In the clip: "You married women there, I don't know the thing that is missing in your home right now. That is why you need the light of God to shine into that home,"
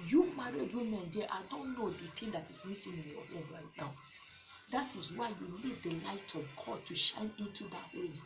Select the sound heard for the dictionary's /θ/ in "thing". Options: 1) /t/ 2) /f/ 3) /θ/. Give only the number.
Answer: 1